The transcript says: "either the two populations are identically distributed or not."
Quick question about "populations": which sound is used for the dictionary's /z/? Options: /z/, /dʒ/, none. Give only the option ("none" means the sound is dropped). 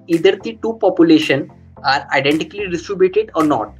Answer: none